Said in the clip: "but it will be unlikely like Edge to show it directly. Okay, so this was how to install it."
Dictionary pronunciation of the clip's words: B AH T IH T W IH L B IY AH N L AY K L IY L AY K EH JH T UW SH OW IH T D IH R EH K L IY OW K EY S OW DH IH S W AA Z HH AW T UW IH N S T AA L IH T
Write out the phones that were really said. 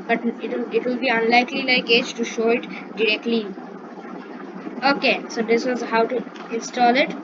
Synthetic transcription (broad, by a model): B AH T IH T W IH L B IY AH N L AY K L IY L AY K EH JH T UW SH OW IH T D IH R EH K L IY OW K EY S OW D IH S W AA Z HH AW T UW IH N S T AA L IH T